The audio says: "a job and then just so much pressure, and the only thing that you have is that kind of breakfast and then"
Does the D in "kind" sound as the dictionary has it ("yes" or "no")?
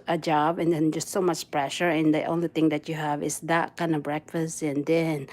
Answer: yes